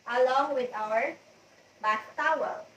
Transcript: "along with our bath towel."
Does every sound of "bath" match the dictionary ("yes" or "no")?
no